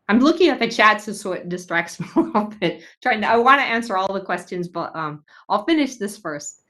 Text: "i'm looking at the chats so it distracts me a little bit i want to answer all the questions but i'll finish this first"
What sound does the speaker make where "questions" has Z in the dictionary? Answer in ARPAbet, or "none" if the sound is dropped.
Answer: Z